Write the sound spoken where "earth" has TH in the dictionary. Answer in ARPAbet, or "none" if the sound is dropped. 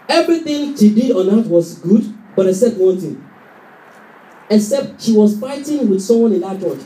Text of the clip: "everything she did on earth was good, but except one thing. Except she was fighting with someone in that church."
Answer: T